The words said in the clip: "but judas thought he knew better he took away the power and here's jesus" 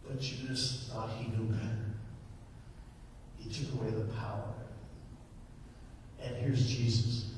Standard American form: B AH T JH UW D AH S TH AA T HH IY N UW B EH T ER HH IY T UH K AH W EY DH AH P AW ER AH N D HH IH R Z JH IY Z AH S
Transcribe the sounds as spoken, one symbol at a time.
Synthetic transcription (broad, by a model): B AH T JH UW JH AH S TH AA T HH IY N UW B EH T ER HH IY T UH K AH W EY DH AH P AW ER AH N HH IH R Z JH IY Z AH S